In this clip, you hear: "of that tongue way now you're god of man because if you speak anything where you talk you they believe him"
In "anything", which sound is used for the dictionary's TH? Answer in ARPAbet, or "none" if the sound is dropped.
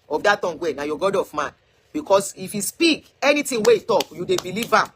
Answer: T